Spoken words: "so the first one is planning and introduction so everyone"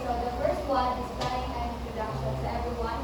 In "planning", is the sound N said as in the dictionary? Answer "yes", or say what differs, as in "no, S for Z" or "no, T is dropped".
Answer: no, N is dropped